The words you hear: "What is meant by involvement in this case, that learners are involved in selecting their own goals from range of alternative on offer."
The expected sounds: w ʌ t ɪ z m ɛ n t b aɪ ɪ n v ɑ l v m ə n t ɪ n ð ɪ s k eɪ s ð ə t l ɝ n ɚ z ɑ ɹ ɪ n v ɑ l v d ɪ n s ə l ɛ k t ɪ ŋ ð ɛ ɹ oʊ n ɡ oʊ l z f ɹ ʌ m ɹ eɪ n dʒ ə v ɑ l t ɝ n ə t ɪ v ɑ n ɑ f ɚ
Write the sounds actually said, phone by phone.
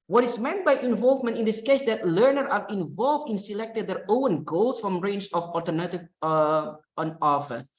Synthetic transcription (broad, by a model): w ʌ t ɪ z m ɛ n t b aɪ ɪ n v ɑ l v m ə n t ɪ n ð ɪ s k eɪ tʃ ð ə t l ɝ n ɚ ɑ ɹ ɪ n v ɑ l v d ɪ n s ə l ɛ k t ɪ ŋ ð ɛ ɹ oʊ n ɡ oʊ l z f ɹ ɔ m ɹ eɪ n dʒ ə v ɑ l t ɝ n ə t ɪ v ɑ n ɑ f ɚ